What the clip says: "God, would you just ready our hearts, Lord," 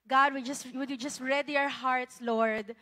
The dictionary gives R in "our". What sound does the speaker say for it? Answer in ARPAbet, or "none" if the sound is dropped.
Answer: R